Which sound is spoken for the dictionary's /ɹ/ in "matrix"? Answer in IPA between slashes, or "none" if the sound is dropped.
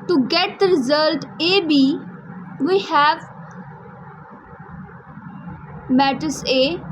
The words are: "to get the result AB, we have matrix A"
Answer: none